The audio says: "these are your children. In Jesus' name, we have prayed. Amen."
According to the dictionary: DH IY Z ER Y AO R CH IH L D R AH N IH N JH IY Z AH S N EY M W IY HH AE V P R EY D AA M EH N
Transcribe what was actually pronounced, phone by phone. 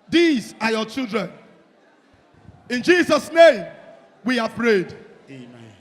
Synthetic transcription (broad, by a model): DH IY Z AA Y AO CH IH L D R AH N IH N JH IY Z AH S N EY M W IY HH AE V P R EY D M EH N